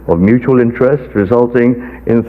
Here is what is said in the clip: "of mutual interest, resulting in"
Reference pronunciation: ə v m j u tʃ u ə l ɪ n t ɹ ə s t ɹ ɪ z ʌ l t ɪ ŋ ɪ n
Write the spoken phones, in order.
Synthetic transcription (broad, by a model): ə v m j u tʃ u ə l ɪ n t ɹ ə s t ɹ ɪ z ʌ l t ɪ ŋ ɪ n